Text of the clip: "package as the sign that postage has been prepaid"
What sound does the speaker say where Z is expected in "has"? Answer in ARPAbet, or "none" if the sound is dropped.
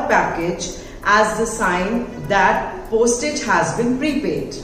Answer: Z